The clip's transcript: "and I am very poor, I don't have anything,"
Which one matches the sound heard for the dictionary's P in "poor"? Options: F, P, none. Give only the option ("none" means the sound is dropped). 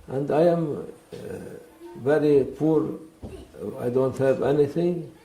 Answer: P